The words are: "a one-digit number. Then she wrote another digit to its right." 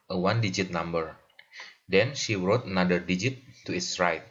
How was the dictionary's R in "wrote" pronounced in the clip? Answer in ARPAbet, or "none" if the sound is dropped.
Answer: R